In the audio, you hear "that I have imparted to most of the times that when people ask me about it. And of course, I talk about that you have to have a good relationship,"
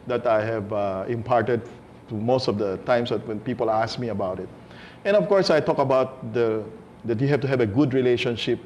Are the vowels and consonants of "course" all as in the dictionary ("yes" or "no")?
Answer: yes